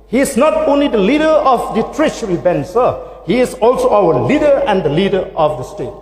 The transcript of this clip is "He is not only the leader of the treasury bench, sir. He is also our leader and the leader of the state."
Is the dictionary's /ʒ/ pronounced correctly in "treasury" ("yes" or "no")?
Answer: no